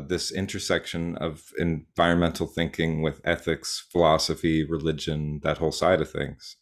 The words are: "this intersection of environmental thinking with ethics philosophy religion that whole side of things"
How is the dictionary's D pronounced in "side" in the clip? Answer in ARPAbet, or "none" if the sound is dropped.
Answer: D